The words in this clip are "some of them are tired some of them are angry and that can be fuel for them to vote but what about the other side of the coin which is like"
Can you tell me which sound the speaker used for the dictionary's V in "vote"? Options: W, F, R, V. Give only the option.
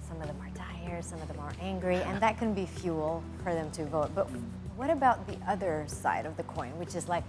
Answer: V